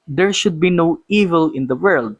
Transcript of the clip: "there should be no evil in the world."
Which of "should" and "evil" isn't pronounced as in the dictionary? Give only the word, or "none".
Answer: none